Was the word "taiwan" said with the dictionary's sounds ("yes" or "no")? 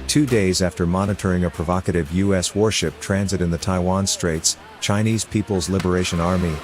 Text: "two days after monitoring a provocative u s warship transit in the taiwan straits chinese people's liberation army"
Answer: yes